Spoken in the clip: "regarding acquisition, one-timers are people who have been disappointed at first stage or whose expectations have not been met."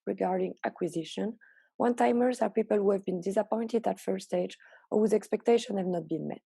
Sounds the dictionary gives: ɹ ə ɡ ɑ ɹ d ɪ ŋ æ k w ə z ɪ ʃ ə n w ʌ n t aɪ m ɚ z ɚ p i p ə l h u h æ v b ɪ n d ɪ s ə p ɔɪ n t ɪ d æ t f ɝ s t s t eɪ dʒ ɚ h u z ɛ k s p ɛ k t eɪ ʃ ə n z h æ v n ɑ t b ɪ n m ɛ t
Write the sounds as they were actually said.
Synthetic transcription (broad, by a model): ɹ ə ɡ ɑ ɹ d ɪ ŋ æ k w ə z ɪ ʃ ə n w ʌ n t aɪ m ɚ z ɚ p i p ə l h u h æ v b ɪ n d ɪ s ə p ɔɪ n t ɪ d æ t f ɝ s s t eɪ dʒ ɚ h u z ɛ k s p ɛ k t eɪ ʃ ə n h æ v n ɑ t b ɪ n m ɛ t